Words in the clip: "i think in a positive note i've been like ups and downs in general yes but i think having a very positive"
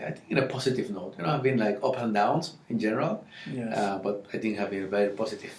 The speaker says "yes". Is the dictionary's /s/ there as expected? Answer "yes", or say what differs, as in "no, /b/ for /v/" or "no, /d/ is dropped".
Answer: no, /s/ is dropped